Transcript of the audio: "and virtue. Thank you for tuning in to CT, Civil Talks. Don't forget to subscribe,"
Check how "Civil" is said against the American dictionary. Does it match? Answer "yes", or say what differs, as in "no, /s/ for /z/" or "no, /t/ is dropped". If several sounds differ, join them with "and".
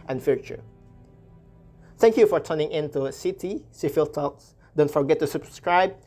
no, /f/ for /v/